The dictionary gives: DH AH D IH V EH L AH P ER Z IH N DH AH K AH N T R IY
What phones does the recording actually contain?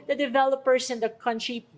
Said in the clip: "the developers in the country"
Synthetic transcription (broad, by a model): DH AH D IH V EH L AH P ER S IH N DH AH K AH N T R IY